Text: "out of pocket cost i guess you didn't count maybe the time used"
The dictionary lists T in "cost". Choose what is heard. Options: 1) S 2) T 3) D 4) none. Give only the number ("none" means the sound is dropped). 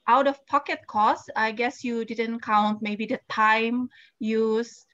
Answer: 4